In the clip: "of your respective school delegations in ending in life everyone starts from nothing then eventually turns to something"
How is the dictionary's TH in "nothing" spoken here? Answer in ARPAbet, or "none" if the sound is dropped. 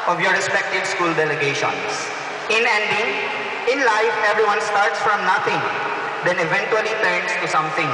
T